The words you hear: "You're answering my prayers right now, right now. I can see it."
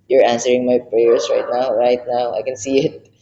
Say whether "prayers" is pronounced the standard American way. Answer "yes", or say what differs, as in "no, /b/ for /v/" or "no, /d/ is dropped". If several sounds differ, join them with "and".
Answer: no, /s/ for /z/